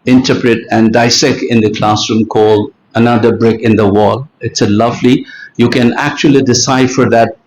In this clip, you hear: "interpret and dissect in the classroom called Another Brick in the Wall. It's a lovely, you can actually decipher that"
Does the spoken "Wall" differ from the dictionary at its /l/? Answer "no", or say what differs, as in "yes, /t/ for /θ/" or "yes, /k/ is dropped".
no